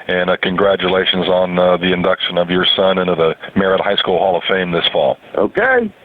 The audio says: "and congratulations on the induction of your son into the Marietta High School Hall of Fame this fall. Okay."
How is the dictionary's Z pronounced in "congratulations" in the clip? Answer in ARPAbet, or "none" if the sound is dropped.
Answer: Z